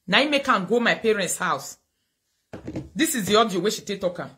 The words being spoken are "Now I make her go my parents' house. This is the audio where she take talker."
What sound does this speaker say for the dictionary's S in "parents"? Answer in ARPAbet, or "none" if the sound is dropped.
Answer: S